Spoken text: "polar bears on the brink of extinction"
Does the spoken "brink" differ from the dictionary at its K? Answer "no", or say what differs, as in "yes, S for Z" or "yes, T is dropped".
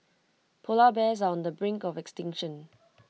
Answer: no